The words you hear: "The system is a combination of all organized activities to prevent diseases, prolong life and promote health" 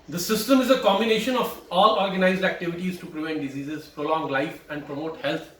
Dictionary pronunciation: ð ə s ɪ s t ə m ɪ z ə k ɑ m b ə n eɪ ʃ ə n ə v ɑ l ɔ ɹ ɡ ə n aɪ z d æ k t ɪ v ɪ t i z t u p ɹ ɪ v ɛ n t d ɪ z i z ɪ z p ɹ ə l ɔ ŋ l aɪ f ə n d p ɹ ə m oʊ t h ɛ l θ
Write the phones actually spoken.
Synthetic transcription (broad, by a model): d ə s ɪ s t ə m ɪ z ə k ɑ m b ə n eɪ ʃ ə n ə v ɑ l ɔ ɹ ɡ ə n aɪ z d æ k t ɪ v ɪ t i z t u p ɹ ɪ v ɛ n t d ɪ z i z ɪ z p ɹ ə l ɔ ŋ l aɪ f ə n d p ɹ ə m oʊ t h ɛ l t